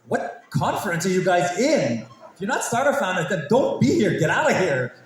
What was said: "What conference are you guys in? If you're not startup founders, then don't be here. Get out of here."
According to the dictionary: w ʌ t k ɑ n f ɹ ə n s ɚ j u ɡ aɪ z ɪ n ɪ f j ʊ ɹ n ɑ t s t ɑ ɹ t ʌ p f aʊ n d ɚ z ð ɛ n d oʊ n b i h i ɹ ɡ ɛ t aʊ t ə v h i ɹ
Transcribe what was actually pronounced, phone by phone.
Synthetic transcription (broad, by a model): w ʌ t k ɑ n f ɹ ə n s ɚ j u ɡ aɪ z ɪ n ɪ f j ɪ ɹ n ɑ t s t ɑ ɹ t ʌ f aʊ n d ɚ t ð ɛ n d oʊ n b i h i ɹ ɡ ɛ t aʊ t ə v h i ɹ